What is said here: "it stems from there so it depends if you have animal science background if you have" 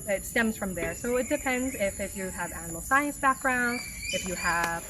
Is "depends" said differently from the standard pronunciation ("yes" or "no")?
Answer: no